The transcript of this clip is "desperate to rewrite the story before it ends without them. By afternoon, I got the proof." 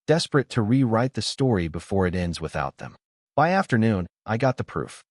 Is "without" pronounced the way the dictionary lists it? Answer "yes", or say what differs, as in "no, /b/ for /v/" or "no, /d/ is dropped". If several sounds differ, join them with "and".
yes